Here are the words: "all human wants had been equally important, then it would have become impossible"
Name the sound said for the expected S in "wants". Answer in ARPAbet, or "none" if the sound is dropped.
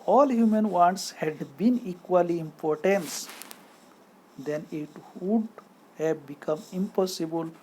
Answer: S